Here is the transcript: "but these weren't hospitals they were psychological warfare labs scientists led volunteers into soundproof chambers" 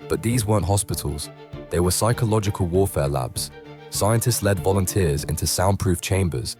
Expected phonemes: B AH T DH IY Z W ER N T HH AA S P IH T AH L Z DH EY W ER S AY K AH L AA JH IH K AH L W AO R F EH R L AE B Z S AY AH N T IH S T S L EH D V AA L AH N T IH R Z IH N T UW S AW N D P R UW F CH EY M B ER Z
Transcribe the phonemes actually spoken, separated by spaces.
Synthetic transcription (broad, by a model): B AH T DH IY Z W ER N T HH AA S P IH T AH L Z DH EY W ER S AY K AH L AA JH IH K AH L W AO F EH L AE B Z S AY AH N T IH S T S L EH D V AA L AH N T IH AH Z IH N T UW S AW N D P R UW F CH EY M B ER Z